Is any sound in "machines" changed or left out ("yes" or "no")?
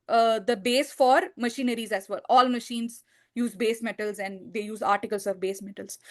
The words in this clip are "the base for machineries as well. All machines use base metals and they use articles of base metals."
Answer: no